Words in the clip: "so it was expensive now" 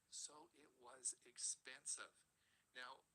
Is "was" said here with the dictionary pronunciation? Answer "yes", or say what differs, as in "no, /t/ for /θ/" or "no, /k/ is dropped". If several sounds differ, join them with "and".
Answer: yes